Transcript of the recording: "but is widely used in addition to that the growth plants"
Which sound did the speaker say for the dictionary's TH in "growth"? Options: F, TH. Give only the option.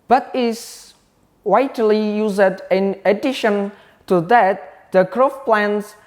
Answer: F